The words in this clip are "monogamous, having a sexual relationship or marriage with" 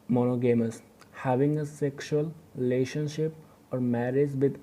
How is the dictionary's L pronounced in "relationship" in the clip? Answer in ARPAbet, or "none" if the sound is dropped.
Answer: L